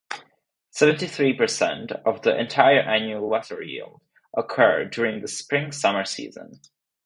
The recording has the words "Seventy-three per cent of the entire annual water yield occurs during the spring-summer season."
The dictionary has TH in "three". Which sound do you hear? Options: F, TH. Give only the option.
TH